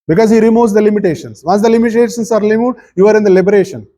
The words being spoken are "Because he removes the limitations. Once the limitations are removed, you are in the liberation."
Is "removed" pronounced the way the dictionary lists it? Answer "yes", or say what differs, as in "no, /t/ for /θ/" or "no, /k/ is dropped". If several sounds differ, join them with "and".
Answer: no, /l/ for /ɹ/